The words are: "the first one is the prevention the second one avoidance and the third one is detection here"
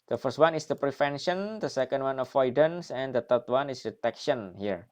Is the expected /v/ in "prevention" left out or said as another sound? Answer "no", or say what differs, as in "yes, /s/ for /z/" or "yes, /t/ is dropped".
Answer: yes, /f/ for /v/